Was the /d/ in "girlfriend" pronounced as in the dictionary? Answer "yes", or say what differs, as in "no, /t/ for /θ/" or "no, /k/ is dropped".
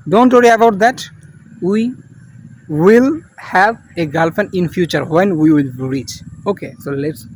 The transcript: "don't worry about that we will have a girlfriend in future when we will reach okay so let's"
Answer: no, /d/ is dropped